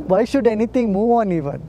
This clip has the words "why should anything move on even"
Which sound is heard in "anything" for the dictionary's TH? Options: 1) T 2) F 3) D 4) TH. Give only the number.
1